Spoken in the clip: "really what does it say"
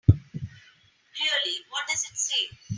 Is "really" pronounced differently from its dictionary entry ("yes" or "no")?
yes